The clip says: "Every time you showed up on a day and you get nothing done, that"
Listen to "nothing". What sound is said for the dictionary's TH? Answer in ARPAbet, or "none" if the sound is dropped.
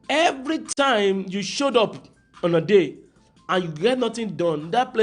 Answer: T